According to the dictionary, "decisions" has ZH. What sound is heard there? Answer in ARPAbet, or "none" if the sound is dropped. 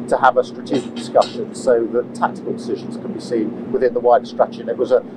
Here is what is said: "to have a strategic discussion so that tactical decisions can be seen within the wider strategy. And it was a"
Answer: ZH